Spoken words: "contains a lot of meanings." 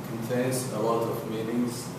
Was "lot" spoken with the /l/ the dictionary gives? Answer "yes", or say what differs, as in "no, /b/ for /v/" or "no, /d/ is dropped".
no, /w/ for /l/